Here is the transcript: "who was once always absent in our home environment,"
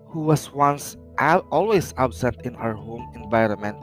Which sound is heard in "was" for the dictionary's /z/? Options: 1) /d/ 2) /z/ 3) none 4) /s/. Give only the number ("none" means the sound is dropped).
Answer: 4